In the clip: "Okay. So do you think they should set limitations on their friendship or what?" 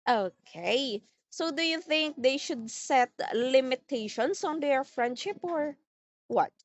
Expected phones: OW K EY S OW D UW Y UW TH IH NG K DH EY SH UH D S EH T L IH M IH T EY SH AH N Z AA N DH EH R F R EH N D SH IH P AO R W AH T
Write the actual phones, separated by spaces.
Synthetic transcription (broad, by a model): OW K EY S OW D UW Y UW TH IH NG K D EY SH UH D S EH T L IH M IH T EY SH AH N S AA N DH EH R F R EH N D SH IH P AO R W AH T